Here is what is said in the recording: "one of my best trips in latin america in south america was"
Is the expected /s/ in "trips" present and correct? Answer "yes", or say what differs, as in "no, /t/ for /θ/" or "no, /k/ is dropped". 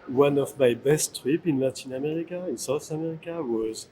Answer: no, /s/ is dropped